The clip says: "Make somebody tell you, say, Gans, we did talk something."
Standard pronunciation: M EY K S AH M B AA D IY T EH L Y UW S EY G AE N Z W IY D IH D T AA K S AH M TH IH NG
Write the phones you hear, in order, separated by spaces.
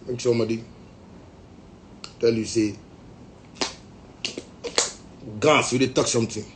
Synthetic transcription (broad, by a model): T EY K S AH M AA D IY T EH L Y UW S EY G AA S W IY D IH T AA K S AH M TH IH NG